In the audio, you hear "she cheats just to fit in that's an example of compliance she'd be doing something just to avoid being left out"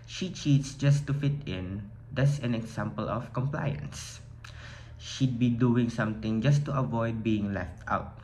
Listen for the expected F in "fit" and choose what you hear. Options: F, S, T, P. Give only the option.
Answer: F